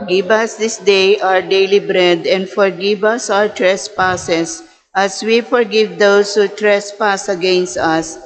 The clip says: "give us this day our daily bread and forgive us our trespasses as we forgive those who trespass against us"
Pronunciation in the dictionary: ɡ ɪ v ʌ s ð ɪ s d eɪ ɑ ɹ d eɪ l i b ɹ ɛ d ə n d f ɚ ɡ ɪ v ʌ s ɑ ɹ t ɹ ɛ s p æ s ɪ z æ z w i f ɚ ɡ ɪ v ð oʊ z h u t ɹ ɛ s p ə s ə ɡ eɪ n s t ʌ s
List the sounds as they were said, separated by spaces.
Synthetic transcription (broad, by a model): ɡ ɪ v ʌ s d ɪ s d eɪ ɑ ɹ d eɪ l i b ɹ ɛ d ə n d f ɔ ɡ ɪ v ʌ s ɑ ɹ t ɹ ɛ s p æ s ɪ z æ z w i f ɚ ɡ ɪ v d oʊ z h u t ɹ ɛ s p ə s ə ɡ eɪ n s t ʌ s